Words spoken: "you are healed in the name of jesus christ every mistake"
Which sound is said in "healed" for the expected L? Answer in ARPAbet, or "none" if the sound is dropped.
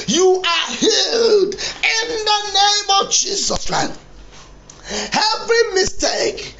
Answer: L